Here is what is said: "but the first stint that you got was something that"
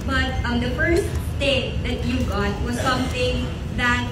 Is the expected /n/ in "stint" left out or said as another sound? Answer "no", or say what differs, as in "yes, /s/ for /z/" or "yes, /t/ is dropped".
yes, /n/ is dropped